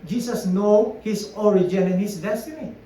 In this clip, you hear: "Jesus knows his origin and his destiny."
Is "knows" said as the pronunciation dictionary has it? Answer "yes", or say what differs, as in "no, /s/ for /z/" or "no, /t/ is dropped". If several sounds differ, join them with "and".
no, /z/ is dropped